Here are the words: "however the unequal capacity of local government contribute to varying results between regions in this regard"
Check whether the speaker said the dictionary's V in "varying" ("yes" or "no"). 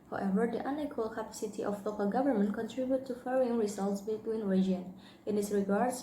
no